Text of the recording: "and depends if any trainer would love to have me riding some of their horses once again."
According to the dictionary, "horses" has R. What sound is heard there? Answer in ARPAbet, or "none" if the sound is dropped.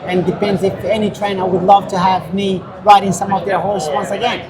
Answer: L